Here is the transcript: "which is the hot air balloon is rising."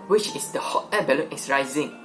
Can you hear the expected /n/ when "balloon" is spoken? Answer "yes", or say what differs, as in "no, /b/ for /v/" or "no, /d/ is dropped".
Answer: no, /n/ is dropped